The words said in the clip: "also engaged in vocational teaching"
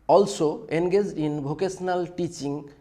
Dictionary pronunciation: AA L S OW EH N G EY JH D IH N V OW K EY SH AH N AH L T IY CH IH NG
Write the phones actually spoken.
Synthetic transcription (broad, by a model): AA L S OW EH N G EY JH D IH N B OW K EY S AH N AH L T IY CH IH NG